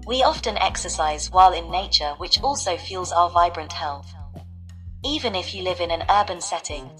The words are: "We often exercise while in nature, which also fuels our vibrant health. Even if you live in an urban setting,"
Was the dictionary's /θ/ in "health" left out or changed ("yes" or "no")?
no